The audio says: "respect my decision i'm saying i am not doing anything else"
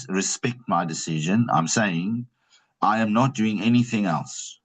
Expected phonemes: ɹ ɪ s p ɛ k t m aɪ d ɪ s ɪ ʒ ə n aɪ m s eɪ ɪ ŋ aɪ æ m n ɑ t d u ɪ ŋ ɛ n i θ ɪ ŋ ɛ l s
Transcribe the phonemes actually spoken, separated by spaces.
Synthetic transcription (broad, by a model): ɹ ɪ s p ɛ k t m aɪ d ɪ s ɪ ʒ ə n aɪ m s eɪ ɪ ŋ aɪ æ m n ɑ t d u ɪ ŋ ɛ n i θ ɪ ŋ ɛ l s